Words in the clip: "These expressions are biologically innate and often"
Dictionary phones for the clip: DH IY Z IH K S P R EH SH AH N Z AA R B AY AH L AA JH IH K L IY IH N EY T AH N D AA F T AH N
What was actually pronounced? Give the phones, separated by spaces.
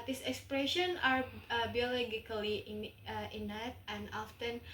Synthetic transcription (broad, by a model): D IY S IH K S P R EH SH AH N AA R B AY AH L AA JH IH K L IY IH N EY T AH N D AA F T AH N